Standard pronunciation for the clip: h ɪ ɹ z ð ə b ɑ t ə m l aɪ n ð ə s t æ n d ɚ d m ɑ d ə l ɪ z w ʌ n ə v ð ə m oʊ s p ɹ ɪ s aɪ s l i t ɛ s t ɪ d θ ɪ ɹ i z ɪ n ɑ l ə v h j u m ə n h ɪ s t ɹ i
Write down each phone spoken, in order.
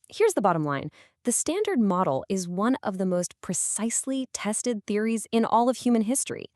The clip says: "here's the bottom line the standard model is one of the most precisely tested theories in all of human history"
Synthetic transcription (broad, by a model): h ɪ ɹ z ð ə b ɑ t ə m l aɪ n ð ə s t æ n d ɚ d m ɑ d l ɪ z w ʌ n ə v ð ə m oʊ s p ɹ ɪ s aɪ s l i t ɛ s t ɪ d θ ɪ ɹ i z ɪ n ɑ l ə v h j u m ə n h ɪ s t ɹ i